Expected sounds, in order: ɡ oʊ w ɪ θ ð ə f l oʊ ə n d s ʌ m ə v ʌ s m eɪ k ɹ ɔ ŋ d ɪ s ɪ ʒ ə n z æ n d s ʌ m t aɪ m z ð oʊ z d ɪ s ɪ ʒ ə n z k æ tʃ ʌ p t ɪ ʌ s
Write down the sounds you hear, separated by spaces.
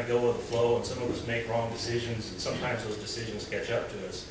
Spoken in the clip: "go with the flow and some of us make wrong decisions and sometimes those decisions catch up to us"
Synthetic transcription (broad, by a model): ɡ oʊ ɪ ð ə f l oʊ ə n s ʌ m ə v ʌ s m eɪ k ɹ ɔ ŋ d ɪ s ɪ ʒ ə n z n s ʌ m t aɪ m z ð oʊ z d ɪ s ɪ ʒ ə n z k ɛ tʃ ʌ p t ɪ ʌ s